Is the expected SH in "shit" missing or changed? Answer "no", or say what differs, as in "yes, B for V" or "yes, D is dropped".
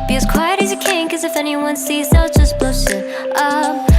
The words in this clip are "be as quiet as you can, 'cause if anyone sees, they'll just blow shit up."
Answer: yes, S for SH